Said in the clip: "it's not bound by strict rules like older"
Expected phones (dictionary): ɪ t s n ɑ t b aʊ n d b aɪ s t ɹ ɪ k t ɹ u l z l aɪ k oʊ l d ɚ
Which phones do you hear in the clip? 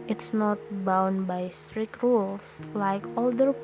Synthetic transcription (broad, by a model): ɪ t s n ɑ t b aʊ n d b aɪ s t ɹ ɪ k t ɹ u l s l aɪ k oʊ l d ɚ